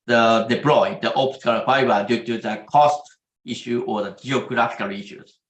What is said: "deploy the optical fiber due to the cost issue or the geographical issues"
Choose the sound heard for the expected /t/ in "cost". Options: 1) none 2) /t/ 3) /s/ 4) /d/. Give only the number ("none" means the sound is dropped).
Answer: 2